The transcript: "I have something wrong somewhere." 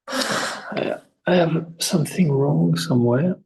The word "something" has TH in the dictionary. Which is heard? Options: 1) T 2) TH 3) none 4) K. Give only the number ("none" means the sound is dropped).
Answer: 2